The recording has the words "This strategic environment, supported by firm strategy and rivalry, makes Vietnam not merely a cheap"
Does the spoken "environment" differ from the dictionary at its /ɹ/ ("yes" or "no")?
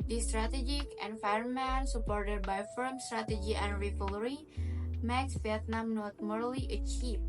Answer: yes